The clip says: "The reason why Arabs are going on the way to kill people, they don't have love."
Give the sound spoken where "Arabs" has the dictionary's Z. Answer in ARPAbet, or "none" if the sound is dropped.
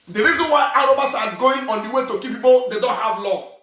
S